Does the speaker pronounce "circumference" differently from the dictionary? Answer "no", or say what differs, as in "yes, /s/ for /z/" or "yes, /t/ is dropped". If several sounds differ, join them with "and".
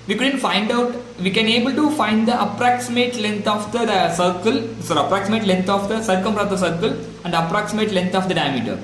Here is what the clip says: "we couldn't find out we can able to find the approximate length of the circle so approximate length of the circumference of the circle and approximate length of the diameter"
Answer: yes, /p/ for /f/